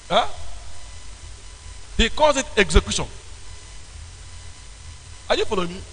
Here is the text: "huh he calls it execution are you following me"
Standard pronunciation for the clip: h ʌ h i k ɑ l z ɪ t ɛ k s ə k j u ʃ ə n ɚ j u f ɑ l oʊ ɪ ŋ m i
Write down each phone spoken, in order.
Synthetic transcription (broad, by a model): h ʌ h i k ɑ z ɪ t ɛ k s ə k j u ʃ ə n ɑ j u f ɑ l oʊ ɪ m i